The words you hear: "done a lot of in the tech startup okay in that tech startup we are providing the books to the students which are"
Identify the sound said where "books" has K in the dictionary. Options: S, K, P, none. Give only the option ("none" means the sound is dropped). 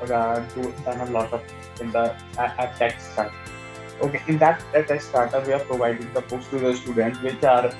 none